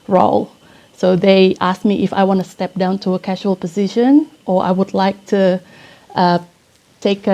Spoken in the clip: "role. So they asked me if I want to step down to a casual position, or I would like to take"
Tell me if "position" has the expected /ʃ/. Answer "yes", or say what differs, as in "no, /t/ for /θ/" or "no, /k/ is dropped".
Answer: yes